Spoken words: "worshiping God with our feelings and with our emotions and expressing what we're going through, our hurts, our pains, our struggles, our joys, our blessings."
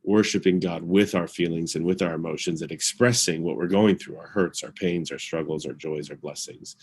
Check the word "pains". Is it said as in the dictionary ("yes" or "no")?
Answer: yes